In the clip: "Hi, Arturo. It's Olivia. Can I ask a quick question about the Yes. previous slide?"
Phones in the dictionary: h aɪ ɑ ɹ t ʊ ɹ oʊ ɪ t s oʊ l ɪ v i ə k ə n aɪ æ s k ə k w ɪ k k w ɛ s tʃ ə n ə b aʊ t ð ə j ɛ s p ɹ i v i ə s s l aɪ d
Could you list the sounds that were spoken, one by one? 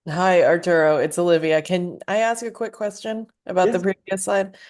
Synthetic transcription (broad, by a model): h aɪ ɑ ɹ t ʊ ɹ oʊ ɪ t s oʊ l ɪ v i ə k ə n aɪ æ s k ə k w ɪ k k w ɛ s tʃ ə n ə b aʊ t ð ə p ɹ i i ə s s aɪ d